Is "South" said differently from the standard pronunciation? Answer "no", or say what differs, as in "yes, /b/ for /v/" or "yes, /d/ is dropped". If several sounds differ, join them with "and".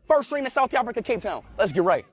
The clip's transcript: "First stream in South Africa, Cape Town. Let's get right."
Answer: no